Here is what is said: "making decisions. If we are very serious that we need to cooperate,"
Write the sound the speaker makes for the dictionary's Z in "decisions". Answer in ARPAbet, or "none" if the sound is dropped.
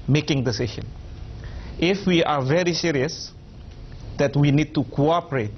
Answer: none